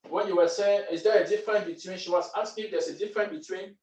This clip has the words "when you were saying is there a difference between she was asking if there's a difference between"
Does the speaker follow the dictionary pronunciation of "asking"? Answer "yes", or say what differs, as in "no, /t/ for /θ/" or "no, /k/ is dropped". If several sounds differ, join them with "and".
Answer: no, /k/ is dropped